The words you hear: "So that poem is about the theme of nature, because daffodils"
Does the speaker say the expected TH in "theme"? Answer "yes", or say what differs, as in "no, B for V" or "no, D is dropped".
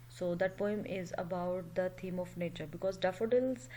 no, T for TH